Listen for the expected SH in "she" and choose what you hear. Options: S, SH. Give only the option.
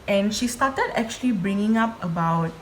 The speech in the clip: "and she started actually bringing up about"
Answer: SH